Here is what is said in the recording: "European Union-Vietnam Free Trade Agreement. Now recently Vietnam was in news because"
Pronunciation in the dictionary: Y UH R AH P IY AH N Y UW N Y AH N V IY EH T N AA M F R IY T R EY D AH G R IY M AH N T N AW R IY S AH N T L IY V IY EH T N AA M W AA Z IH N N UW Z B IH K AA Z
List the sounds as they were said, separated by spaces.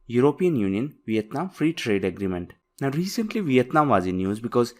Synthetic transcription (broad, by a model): Y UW R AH P IY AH N Y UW N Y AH N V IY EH T N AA M F R IY T R EY D AH G R IY M AH N T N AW R IY S AH N T L IY V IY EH T N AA M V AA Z IH N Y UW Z B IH K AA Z